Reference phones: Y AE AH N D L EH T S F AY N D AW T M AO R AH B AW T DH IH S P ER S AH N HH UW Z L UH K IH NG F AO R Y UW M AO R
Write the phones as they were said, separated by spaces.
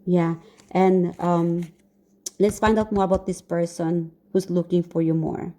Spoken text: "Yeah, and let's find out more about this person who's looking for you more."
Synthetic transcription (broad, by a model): Y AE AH N D L EH T S F AY N D AW T M AO R AH B AW T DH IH S P ER S AH N HH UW S L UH K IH NG F AO R Y UW M AO R